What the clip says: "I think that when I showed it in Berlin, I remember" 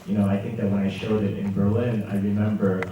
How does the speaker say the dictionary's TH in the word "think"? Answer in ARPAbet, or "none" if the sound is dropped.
TH